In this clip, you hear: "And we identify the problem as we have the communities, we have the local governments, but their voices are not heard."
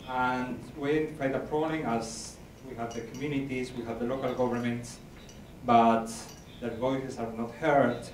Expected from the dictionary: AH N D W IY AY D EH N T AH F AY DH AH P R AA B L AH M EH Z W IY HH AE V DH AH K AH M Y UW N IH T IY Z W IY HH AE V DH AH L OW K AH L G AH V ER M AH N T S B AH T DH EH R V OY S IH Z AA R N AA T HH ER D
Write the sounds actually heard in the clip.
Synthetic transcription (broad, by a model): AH N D W IY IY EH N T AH P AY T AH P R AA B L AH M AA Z W IY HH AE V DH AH K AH M Y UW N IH T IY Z W IY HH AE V DH AH L OW K AH L G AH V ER M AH N T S B AH T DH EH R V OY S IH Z AA R N AA T HH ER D